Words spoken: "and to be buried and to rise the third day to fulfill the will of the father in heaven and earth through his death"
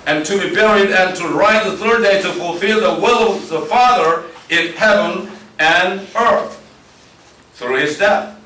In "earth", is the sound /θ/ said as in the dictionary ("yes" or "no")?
yes